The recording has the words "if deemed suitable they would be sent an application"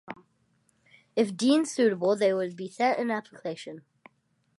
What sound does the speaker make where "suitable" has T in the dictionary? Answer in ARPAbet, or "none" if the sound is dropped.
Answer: T